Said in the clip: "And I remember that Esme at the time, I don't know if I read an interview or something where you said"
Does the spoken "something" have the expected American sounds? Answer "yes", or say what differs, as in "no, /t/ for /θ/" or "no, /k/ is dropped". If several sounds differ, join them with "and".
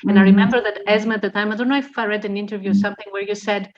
yes